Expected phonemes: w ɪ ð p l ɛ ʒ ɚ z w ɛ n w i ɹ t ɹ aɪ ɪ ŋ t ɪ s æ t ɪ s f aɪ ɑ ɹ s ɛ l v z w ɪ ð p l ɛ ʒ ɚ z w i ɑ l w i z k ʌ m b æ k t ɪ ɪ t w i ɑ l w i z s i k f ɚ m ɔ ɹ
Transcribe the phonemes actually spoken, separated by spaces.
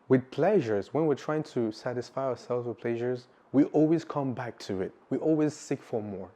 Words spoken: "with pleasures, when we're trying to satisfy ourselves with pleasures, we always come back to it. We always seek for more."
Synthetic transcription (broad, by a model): w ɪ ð p l ɛ ʒ ɚ z w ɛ n w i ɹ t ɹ aɪ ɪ ŋ t ɪ s æ t ɪ s f aɪ ɑ ɹ s ɛ l v z w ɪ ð p l ɛ ʒ ɚ z w i ɑ l w i z k ʌ m b æ k t ɪ ɪ t w i ɑ l w i z s i k f ɚ m ɔ ɹ